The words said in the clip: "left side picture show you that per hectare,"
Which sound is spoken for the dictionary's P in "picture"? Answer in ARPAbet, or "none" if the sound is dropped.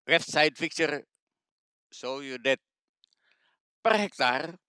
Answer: F